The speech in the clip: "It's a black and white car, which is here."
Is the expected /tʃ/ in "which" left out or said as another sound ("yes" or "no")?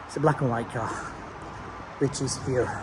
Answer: no